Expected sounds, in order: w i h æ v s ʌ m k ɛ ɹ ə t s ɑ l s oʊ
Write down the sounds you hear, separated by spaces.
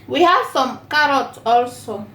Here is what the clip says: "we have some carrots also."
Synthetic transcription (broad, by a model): w i h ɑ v s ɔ m k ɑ ɹ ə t ɑ l s oʊ